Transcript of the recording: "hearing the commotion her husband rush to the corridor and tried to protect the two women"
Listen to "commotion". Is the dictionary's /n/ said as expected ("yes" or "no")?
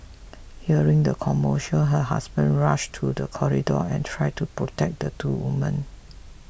no